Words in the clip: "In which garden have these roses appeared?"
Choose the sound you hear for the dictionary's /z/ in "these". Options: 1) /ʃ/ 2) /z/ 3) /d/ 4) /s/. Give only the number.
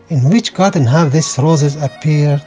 4